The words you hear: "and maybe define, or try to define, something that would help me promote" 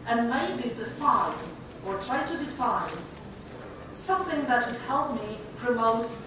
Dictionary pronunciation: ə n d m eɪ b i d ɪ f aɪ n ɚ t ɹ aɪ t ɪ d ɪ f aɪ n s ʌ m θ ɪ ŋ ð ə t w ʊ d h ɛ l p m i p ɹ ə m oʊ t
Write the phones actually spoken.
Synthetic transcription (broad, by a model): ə n m eɪ b i d ɪ f aɪ n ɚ t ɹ aɪ t ɪ d ɪ f aɪ n s ʌ m θ ɪ ŋ ð ə t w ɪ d h ɛ l p m i p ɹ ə m oʊ t